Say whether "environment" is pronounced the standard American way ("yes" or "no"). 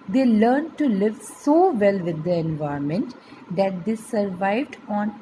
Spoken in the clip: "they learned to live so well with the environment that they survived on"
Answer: no